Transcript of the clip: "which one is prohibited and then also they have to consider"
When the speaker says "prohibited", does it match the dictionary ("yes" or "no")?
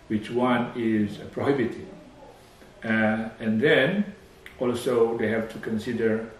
no